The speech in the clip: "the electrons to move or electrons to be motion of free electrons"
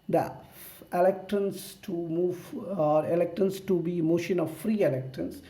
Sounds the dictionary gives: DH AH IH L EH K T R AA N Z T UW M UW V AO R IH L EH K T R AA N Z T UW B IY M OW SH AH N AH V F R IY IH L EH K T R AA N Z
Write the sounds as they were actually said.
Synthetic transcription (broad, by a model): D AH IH L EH K T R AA N S T UW M UW V AO R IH L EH K T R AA N S T UW B IY M OW SH AH N AH V F R IY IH L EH K T R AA N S